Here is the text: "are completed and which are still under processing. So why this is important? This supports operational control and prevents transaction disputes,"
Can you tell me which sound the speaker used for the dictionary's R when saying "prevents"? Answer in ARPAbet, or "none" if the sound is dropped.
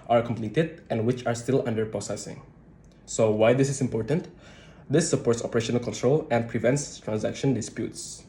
R